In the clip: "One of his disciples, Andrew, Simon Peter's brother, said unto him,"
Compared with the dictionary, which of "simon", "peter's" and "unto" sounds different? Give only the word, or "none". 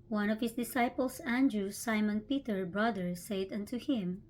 peter's